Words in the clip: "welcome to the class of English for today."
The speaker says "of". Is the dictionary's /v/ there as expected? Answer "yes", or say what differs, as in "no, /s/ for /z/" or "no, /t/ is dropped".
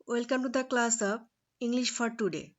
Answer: no, /p/ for /v/